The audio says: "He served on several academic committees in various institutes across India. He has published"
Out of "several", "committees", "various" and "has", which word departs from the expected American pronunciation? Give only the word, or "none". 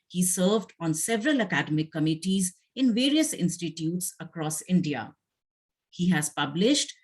none